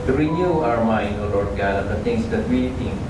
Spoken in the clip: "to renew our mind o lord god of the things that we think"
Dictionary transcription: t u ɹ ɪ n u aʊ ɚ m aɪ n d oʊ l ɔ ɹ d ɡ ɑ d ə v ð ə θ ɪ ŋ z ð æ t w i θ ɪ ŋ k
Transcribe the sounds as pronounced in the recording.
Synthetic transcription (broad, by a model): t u ɹ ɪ n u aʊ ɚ m aɪ n d oʊ l ɔ ɹ d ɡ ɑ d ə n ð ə t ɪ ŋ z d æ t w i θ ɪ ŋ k